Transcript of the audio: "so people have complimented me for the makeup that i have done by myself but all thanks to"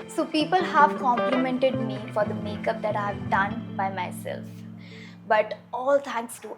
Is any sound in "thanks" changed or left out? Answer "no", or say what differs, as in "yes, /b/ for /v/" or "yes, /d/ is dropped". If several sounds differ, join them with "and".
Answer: yes, /t/ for /θ/